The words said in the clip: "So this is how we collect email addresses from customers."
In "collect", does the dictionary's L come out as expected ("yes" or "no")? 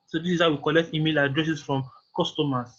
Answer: yes